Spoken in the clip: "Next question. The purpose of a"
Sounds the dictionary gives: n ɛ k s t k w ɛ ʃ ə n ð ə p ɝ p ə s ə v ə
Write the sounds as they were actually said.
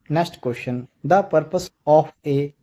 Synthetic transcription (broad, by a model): n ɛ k s t k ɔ ʃ ə n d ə p ɝ p ə s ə p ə